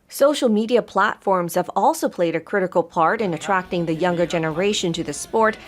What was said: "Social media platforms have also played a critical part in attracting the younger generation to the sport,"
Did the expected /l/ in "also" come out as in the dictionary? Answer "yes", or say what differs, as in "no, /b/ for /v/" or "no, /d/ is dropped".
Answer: yes